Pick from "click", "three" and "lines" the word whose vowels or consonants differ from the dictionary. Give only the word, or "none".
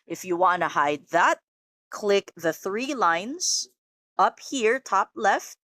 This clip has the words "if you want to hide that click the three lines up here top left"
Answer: none